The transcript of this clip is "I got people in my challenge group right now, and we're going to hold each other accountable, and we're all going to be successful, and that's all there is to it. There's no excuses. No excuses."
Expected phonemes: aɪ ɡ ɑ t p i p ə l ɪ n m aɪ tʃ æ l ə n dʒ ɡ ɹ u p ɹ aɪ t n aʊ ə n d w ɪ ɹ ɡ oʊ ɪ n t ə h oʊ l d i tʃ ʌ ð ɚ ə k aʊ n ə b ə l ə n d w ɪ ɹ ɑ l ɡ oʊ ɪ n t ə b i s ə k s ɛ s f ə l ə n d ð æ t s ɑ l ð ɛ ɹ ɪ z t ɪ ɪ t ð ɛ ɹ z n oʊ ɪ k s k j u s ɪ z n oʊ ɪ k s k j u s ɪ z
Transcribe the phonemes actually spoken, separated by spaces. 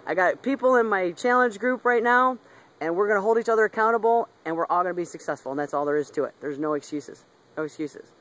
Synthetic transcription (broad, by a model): aɪ ɡ ɑ t p i p l ɪ n m aɪ tʃ æ l ə n dʒ ɡ ɹ u p ɹ aɪ t n aʊ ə n w ɪ ɹ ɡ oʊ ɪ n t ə h oʊ l d i tʃ ʌ ð ɚ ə k aʊ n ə b l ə n w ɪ ɹ ɑ l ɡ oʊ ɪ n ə b i s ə k s ɛ s f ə l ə n ð æ t s ɑ l ð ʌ ɹ ɪ z t ɪ ɪ t ð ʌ ɹ z n oʊ ɪ k s k j u s ɪ z n oʊ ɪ k s k j u s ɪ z